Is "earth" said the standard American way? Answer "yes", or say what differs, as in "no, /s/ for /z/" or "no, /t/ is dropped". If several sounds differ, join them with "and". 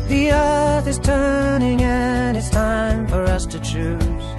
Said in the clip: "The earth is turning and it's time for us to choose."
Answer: yes